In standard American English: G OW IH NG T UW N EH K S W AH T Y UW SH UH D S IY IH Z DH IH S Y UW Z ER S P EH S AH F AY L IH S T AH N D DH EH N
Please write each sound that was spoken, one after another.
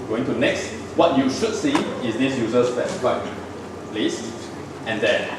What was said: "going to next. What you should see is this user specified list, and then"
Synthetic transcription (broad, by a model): G OW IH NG T UW N EH K S W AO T Y UW SH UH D S IY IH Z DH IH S Y UW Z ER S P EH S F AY L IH S T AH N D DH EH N